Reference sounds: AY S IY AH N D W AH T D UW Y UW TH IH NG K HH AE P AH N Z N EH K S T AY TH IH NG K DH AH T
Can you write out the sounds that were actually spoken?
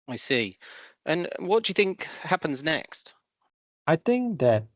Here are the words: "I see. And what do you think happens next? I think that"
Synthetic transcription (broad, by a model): AY S IY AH N W AH T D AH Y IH TH IH NG K HH AE P AH N Z N EH K S T AY TH IH NG K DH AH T